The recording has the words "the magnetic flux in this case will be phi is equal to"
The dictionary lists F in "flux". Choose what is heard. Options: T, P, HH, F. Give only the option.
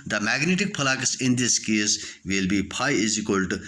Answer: P